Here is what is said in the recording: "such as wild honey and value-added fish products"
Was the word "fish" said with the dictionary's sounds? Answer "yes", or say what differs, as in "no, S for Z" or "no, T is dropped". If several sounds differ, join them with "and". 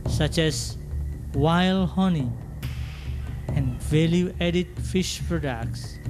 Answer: yes